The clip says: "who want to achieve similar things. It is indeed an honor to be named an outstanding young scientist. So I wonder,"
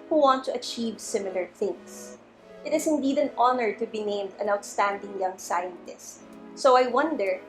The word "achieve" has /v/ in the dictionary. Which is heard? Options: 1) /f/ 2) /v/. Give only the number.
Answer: 2